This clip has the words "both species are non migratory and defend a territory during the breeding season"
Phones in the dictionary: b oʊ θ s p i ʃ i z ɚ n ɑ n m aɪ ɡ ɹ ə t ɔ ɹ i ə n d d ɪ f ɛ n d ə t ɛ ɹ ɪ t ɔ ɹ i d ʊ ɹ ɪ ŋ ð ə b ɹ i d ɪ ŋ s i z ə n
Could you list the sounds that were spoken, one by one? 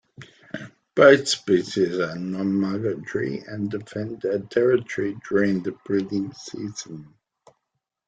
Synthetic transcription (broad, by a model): b oʊ θ s p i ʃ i z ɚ n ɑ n m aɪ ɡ ə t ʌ ɹ i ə n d d ɪ f ɛ n d ə t ɛ ɹ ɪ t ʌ ɹ i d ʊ ɹ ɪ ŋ ð ə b ɹ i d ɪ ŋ s i z ə n